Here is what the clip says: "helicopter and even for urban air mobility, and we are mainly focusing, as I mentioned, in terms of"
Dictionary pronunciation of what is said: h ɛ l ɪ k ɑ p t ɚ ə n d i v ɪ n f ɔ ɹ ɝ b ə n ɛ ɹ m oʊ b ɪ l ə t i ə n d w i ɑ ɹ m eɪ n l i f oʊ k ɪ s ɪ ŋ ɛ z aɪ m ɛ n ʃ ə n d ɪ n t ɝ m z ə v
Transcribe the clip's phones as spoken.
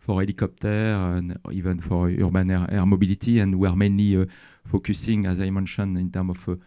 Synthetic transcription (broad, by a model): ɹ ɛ l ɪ k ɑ p t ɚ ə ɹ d i v ɪ n f ɔ ɹ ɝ b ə n ɛ ɹ m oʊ b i l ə t i ə n d w i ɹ m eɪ n l i f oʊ k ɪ s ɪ ŋ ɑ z aɪ m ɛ n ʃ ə n ɪ n t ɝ m ə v